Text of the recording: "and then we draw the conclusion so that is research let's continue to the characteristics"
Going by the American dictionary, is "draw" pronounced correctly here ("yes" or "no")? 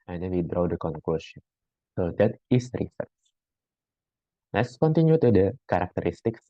yes